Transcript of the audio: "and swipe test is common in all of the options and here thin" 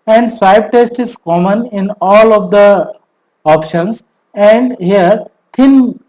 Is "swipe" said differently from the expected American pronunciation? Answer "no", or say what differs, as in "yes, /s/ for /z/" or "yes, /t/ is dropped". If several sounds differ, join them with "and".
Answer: yes, /b/ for /p/